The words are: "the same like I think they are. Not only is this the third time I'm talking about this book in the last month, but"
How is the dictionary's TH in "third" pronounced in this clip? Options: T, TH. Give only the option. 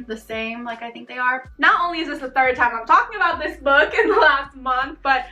TH